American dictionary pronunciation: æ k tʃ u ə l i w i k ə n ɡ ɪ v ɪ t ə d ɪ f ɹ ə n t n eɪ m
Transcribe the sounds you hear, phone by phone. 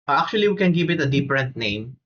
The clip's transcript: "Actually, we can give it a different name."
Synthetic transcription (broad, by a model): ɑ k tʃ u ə l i w i k ə n ɡ ɪ v ɪ t ə d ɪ p ɹ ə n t n eɪ m